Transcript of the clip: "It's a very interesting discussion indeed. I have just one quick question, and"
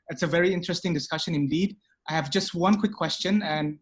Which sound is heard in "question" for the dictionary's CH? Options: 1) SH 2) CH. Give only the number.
2